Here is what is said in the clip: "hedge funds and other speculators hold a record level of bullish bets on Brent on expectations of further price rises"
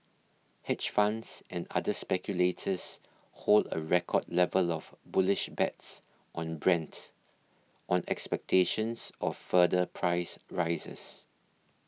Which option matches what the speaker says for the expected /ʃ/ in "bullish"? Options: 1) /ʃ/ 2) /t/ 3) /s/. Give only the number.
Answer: 1